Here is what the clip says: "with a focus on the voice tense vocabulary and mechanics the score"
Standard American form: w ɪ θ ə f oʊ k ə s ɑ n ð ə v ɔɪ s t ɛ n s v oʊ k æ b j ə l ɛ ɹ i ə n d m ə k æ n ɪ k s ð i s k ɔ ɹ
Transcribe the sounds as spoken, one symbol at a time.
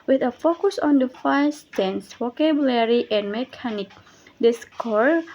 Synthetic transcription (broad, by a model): w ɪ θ ə f oʊ k ə s ɑ n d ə f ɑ s t ɛ n s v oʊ k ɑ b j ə l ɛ ɹ i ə n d m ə k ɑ n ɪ k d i s k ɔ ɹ